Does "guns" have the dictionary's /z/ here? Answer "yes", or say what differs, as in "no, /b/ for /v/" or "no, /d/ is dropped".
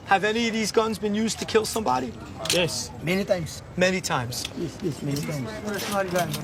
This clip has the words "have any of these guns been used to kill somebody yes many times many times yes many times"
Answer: yes